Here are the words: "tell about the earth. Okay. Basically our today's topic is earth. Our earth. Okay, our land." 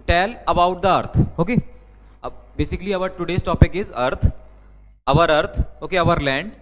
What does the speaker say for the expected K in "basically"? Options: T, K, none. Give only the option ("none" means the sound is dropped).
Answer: K